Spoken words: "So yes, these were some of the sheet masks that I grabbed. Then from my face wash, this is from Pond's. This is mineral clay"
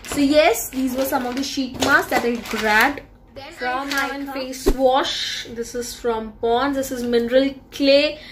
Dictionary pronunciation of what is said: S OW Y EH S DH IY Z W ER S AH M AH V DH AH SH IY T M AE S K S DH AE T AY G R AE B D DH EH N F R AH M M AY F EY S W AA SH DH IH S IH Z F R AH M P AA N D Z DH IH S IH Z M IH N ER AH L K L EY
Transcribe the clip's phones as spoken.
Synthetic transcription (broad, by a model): S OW Y EH S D IY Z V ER S AH M AH V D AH SH IY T M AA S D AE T AY G R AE D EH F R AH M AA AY F EY S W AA SH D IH S IH Z F R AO M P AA N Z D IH S IH Z M IH N ER AH L K L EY